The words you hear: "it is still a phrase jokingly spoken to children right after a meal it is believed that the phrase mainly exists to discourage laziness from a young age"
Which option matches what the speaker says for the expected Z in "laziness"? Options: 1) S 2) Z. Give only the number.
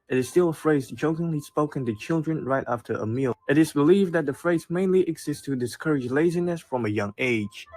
2